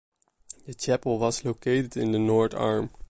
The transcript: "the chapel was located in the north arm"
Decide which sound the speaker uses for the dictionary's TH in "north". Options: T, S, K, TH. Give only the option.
T